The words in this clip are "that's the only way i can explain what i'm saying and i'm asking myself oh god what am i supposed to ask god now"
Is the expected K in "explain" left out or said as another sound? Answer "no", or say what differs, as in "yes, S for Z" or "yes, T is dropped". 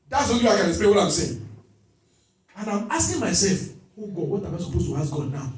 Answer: yes, K is dropped